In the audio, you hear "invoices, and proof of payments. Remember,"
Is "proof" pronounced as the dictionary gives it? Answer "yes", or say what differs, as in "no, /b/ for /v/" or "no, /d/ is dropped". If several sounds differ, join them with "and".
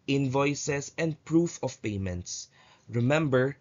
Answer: yes